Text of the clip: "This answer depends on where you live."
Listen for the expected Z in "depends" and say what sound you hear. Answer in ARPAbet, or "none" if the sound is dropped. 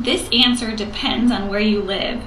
Z